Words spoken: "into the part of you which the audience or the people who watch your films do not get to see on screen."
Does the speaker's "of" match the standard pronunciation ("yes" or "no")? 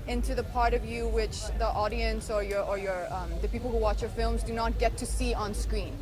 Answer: yes